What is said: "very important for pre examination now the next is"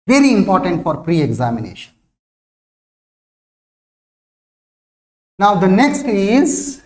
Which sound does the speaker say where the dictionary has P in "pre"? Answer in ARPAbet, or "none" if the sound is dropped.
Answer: P